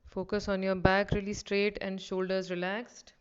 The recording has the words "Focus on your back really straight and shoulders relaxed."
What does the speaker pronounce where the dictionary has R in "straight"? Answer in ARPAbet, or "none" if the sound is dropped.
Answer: R